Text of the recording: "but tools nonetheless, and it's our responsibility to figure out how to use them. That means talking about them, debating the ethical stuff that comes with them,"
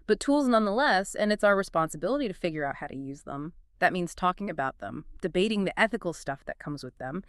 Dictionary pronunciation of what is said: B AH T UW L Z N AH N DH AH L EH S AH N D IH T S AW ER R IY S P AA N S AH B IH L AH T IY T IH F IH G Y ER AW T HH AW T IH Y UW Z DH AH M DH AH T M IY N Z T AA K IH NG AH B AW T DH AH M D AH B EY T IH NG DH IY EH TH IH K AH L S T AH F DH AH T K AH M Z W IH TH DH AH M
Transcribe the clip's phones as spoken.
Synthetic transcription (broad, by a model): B AH T UW L Z N AH N DH AH L EH S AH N IH T S AW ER R IY S P AA N S AH B IH L AH T IY T IH F IH G Y ER AW T HH AW T IH Y UW Z DH AH M DH AH T M IY N Z T AA K IH NG AH B AW T DH AH M D AH B EY T IH NG DH IY EH TH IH K L S T AH F DH AH T K AH M Z W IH DH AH M